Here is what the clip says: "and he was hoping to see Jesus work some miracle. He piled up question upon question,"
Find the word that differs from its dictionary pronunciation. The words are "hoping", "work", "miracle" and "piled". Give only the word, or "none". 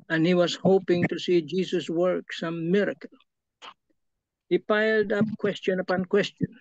none